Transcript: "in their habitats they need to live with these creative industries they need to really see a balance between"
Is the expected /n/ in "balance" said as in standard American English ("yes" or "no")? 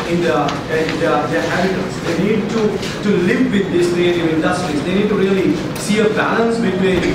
yes